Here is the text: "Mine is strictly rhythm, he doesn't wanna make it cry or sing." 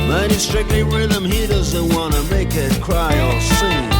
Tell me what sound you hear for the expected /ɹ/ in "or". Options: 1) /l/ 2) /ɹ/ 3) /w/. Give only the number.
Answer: 1